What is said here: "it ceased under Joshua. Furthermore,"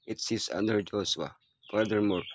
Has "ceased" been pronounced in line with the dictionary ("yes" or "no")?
no